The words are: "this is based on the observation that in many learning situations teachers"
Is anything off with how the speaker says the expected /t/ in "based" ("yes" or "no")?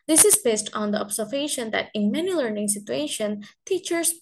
no